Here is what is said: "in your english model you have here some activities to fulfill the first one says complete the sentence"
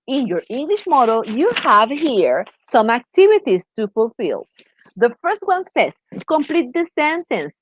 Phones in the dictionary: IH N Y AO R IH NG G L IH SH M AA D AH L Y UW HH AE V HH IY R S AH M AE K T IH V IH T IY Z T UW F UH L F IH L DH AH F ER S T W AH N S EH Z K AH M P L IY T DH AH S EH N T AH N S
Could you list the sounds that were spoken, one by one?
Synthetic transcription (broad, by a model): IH N Y AO R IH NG G L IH SH M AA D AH L Y UW HH AE V HH IY R S AH M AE K T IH V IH T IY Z T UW F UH L F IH L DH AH F ER S T W AH N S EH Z K AH M P L IY T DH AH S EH N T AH N S